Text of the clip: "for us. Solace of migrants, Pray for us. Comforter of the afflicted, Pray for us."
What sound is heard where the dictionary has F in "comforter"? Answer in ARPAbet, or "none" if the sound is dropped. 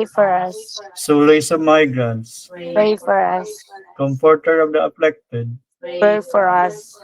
P